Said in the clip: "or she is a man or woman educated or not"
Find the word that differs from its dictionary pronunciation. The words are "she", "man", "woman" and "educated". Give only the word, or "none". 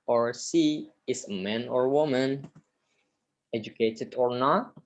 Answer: she